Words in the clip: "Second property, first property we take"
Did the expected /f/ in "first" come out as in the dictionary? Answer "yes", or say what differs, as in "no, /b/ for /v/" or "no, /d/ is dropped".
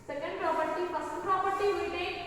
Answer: no, /p/ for /f/